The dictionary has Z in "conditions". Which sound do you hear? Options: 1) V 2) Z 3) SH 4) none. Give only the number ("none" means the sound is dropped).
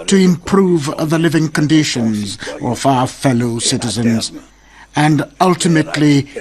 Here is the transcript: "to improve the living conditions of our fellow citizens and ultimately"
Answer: 2